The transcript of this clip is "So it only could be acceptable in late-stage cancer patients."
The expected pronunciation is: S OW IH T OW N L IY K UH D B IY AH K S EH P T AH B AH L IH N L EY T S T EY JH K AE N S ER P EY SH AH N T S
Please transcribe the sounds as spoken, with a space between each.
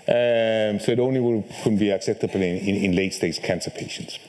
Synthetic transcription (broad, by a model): S OW IH T OW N L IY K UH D B IY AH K S EH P T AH B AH N IH N L EY T S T EY Z K AE N S ER P EY SH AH N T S